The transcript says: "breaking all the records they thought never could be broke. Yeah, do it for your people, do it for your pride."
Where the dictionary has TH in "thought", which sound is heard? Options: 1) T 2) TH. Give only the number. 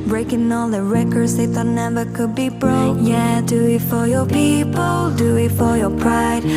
1